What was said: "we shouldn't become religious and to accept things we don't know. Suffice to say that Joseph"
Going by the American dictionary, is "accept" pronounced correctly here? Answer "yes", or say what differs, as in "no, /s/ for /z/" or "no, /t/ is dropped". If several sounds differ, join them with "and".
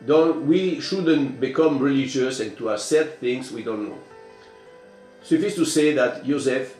no, /k/ is dropped and /p/ is dropped